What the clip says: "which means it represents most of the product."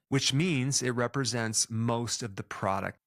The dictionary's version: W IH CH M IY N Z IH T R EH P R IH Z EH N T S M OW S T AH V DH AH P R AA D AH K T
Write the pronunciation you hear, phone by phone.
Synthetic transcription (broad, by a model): W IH CH M IY N Z IH T R EH P R IH Z EH N T S M OW S T AH V DH AH P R AA D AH K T